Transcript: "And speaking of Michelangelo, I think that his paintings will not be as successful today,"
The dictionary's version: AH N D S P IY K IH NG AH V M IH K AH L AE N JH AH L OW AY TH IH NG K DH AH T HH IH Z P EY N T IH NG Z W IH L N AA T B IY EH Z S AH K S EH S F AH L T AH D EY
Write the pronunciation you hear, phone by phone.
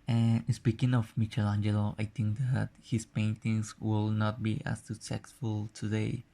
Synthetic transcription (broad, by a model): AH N S P IY K IH NG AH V M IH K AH L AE N JH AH L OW AY T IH NG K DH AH T HH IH S P EY N T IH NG S W IH L N AA T B IY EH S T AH S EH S F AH L T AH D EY